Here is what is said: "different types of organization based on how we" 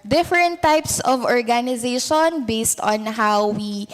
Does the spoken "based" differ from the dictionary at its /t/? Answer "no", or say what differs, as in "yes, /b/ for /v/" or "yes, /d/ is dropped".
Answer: no